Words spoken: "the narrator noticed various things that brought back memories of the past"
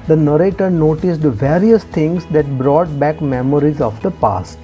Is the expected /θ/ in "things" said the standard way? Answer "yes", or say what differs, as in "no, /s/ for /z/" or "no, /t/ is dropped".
no, /t/ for /θ/